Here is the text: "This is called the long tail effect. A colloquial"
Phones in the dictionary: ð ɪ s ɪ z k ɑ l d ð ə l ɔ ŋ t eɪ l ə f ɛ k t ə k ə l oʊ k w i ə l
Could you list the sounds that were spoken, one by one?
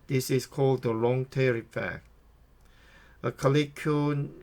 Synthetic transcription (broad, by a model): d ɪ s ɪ s k ɑ l d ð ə l ɔ ŋ t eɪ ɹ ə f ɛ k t ə k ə l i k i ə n